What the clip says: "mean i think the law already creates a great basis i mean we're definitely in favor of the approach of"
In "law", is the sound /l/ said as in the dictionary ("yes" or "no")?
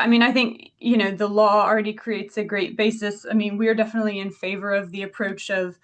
no